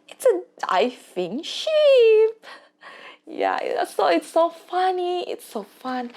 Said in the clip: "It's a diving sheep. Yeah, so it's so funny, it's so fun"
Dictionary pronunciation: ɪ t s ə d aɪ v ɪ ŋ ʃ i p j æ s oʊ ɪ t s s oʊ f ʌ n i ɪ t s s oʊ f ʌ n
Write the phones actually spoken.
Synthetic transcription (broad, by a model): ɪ t s ə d aɪ f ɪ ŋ ʃ i p j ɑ s oʊ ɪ t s s oʊ f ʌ n i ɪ t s s oʊ f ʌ n